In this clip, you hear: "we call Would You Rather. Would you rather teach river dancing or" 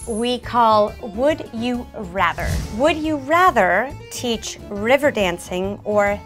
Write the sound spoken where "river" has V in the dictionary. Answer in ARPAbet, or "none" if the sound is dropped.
V